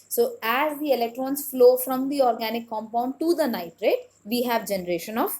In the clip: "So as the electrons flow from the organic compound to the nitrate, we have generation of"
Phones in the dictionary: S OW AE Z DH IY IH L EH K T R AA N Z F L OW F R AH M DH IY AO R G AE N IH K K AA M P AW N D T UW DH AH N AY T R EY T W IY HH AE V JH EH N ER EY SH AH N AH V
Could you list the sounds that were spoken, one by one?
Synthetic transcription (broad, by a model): S OW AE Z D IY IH L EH K T R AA N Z F L OW F R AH M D IY AO R G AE N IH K K AA M P AW N D T UW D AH N AY T R EY T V IY HH AE V JH EH N ER EY SH AH N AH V